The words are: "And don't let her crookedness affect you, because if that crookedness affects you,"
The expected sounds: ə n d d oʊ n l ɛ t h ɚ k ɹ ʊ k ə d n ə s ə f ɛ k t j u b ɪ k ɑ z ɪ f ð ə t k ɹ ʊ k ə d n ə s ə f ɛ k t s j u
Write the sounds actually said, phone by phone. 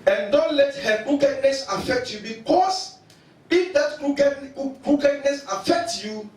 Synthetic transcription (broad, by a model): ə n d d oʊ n l ɛ t h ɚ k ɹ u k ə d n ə s ə f ɛ k t j u b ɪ k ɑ s ɪ f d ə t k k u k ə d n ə s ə f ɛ k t j u